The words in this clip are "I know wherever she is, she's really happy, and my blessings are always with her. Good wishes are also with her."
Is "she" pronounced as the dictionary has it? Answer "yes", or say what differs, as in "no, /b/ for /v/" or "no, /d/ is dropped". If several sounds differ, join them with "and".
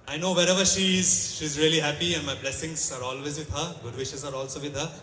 yes